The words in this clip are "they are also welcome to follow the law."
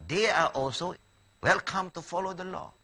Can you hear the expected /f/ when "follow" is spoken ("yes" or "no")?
yes